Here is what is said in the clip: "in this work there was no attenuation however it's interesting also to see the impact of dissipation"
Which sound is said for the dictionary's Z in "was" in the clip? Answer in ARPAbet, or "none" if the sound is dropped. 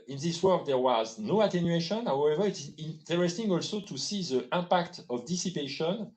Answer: Z